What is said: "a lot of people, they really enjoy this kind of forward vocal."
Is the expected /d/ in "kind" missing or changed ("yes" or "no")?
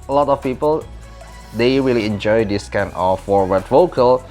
yes